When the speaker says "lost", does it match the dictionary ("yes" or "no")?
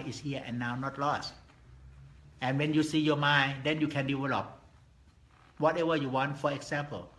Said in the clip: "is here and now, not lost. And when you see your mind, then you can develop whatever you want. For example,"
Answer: yes